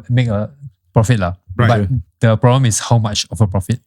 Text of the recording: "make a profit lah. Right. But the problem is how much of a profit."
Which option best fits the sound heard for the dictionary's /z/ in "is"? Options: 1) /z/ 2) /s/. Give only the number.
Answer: 2